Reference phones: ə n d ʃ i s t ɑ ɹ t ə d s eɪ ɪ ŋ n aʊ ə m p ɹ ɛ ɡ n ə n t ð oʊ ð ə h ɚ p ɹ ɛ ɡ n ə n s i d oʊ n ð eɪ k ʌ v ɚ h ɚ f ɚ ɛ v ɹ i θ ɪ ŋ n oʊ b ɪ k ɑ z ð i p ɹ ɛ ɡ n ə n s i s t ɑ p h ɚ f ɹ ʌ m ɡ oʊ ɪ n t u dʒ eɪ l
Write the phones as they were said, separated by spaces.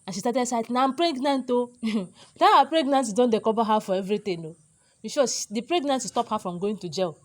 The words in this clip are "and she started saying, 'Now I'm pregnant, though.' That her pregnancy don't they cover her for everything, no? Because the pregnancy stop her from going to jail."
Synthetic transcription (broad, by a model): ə n ʃ i s t ɑ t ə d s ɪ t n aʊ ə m p ɹ ɛ ɡ n ə n t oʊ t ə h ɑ p ɹ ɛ ɡ n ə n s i d oʊ n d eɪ k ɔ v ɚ h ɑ f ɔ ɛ v ɹ i t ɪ n oʊ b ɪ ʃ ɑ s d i p ɹ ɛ ɡ n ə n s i s t ɑ p h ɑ f ɹ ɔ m ɡ oʊ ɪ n t u dʒ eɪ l